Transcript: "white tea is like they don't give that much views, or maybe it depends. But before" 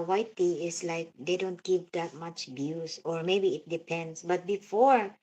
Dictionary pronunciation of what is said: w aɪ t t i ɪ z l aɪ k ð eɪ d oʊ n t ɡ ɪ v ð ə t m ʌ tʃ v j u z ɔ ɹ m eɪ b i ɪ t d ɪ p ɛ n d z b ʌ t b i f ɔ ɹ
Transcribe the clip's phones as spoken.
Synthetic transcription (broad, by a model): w aɪ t t i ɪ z l aɪ k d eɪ d oʊ n t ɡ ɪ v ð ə t m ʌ tʃ b j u s ɔ ɹ m eɪ b i ɪ t d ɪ p ɛ n d s b ʌ t b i f ɔ ɹ